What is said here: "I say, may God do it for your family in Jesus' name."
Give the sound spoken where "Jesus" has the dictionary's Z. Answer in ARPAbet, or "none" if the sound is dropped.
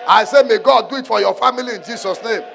S